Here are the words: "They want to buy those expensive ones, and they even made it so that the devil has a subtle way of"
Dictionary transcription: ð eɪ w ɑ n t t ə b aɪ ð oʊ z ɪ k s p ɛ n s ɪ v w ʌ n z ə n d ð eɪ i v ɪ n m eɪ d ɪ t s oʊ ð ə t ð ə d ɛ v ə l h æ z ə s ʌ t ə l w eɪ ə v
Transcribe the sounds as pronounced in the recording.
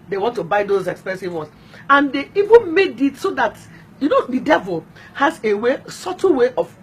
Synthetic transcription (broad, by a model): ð eɪ w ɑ n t t ə b aɪ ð oʊ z ɪ k s p ɛ n s ɪ v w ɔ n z ə n d eɪ i v ɪ n m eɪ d ɪ t s oʊ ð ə t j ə d ɛ v ə l h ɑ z ə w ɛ s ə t w eɪ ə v